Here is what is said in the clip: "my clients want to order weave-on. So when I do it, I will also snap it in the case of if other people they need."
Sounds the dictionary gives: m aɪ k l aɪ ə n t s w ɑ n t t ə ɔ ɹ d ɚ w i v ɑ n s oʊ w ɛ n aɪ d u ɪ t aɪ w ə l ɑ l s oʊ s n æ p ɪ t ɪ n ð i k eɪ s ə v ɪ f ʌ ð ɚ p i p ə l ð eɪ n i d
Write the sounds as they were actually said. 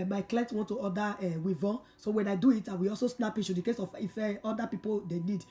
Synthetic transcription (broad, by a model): m aɪ k l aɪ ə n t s w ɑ n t t ə ɔ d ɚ w i v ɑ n s oʊ w ɛ n aɪ d u ɪ t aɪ w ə ɑ l s oʊ s n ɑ p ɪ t ɪ n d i k eɪ s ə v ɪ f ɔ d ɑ p i p ə l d eɪ n i d